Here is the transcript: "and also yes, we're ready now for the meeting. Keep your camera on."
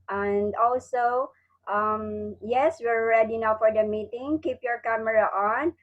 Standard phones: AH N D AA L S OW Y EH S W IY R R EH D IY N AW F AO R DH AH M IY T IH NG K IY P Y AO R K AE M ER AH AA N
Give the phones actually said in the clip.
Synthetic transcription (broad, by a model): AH N D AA L S OW Y EH S W IY R R EH D IY N AW F AO R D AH M IY T IH NG K IY P Y AO R K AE M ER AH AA N